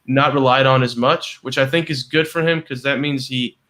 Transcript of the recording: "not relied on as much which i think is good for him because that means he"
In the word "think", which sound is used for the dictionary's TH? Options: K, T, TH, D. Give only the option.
TH